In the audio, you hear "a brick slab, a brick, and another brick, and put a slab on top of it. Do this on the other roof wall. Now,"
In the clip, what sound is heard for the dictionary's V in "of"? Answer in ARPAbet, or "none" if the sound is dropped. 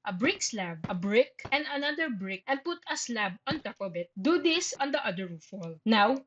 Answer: B